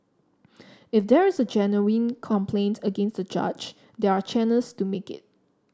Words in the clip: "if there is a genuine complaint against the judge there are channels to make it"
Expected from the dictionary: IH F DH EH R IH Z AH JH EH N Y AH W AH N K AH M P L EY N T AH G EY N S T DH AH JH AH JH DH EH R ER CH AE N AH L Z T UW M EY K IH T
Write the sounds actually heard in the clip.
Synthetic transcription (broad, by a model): IH F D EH R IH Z AH JH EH N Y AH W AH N K AH M P L EY N T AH G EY N S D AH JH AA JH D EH R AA CH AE N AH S T UW M EY K IH T